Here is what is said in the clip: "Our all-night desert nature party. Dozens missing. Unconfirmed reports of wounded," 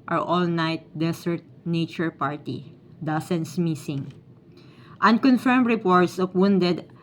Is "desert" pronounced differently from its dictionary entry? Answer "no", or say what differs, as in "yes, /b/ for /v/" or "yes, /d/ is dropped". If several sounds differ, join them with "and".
yes, /s/ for /z/